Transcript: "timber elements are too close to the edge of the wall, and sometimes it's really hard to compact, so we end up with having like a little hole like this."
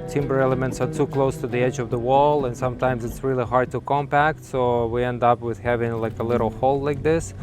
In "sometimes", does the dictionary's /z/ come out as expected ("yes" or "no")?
yes